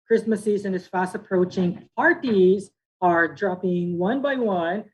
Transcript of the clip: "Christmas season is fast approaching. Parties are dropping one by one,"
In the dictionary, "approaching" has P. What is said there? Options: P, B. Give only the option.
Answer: P